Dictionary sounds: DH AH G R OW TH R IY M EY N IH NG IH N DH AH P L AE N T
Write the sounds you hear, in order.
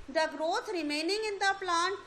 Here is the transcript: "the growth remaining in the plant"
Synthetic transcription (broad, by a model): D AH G R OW T R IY M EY N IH NG IH N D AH P L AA N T